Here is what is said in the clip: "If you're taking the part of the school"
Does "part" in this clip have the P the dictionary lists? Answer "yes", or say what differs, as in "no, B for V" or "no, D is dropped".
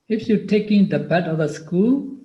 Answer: no, B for P